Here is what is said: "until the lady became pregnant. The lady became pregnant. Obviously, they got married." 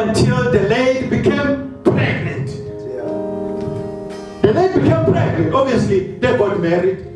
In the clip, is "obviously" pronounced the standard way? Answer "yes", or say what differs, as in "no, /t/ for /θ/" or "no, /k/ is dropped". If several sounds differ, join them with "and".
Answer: no, /b/ is dropped